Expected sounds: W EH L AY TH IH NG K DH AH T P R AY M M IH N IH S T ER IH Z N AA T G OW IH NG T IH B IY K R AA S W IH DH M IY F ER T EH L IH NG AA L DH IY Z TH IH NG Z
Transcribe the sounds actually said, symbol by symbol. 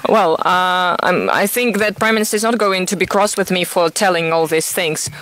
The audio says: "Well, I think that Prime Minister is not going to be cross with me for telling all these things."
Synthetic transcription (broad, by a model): W EH L AY TH IH NG K DH AH T P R AY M M IH N IH S T ER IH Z N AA T G OW IH NG T IH B IY K R AA S W IH DH M IY F ER T EH L IH NG AA L DH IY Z TH IH NG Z